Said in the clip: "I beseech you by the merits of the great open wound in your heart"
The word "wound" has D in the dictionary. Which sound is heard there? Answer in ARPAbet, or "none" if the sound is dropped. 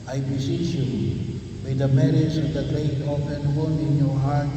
none